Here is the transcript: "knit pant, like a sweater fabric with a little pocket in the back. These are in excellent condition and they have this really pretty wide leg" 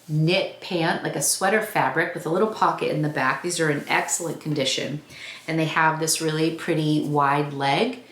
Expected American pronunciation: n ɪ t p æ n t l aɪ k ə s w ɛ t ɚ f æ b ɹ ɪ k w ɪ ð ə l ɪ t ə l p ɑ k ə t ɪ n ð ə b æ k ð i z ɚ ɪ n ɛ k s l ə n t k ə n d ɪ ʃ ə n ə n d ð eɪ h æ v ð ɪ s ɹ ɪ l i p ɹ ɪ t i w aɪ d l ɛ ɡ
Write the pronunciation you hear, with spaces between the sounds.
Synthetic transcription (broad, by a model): n ɪ t p æ n t l aɪ k ə s w ɛ t ɚ f æ b ɹ ɪ k w ɪ ð ə l ɪ t l p ɑ k ə t ɪ n ð ə b æ k ð i z ɚ ɪ n ɛ k s l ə n k n d ɪ ʃ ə n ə n ð eɪ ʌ v ð ɪ s ɹ ɪ l i p ɹ ɪ t i w aɪ d l ɛ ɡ